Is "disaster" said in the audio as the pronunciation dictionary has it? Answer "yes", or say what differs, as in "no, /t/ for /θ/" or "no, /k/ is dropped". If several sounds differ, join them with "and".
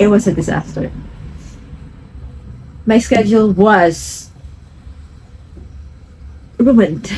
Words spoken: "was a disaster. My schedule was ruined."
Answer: yes